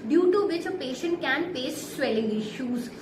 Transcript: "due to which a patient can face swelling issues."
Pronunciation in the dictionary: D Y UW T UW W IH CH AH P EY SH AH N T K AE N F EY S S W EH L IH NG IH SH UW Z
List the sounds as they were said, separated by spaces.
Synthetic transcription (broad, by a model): D Y UW T UW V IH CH AH P EY SH AH N T K AE N P EY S S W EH L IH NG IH SH UW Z